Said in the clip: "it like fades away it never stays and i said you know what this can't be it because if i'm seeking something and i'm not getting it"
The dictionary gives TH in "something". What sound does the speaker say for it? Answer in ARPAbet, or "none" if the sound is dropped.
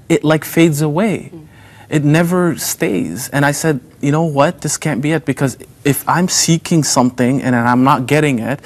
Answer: TH